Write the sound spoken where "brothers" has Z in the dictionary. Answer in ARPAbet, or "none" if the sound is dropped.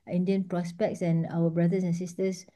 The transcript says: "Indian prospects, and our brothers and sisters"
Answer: S